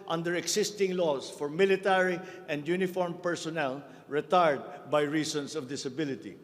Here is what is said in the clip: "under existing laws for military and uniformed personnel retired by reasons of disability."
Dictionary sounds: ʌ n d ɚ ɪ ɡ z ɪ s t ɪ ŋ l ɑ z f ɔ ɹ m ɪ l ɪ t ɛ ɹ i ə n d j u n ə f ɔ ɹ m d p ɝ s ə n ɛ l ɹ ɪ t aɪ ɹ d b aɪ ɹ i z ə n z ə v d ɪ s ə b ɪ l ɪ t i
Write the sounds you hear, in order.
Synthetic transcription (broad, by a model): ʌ n d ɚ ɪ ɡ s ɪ s t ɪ ŋ l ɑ s f ɔ ɹ m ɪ l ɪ t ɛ ɹ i ə n d j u n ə f ɔ ɹ m p ɝ s ə n ɛ l ɹ ɪ t aɪ ɹ d b aɪ ɹ i s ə n s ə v d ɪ s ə b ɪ l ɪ t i